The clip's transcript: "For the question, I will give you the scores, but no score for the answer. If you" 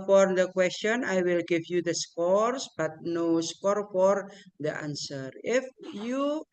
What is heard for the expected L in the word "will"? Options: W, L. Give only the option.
L